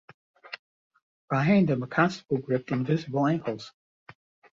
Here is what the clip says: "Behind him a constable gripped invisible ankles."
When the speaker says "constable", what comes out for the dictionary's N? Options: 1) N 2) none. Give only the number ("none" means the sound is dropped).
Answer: 2